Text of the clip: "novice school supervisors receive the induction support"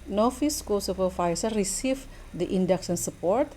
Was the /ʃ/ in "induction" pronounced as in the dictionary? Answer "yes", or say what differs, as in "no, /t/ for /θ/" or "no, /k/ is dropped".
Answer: no, /s/ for /ʃ/